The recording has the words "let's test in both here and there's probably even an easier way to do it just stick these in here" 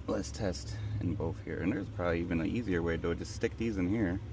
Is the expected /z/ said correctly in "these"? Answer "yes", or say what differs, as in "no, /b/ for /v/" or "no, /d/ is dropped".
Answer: yes